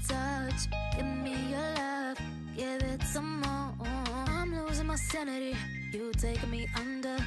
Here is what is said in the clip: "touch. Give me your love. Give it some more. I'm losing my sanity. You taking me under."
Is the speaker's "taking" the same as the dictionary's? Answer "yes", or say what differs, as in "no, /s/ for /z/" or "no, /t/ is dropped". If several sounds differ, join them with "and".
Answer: no, /k/ is dropped